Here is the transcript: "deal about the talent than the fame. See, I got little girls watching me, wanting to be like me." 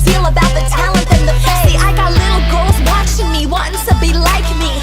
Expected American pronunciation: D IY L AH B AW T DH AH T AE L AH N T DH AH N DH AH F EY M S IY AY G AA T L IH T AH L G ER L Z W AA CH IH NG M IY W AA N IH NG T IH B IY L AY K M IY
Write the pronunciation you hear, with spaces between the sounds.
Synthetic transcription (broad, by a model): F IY L AH B AW T DH AH T AE L AH N T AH N DH AH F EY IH AY G AA T L IH T L G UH L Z W AA CH IH NG M IY W AA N IH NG T IH B IY L AY K M IY